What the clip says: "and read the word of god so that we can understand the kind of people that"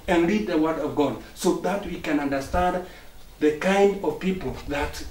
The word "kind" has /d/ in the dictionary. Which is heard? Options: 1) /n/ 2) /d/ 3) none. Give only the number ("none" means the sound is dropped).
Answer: 2